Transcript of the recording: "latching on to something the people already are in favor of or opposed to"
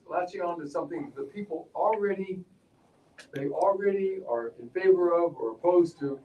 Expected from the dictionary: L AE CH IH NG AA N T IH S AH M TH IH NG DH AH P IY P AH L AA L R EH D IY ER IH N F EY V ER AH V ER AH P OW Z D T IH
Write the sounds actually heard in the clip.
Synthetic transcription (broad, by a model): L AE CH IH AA N T IH S AH M TH IH NG DH AH P IY P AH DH AA L R EH D IY ER IH N F EY V ER AH V ER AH P OW Z T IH